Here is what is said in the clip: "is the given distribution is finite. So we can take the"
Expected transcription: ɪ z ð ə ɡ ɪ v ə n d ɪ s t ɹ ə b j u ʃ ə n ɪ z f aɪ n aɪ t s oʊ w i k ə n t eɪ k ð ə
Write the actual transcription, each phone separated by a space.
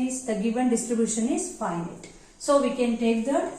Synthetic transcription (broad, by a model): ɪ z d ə ɡ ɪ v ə n d ɪ s t ɹ ə b j u ʃ ə n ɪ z p aɪ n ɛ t s oʊ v i k ə n t eɪ k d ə